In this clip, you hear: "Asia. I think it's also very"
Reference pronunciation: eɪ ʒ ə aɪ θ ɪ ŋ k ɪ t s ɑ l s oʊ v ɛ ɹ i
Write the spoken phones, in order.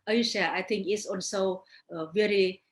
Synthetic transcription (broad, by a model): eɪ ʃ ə aɪ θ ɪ ŋ k ɪ t s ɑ n s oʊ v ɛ ɹ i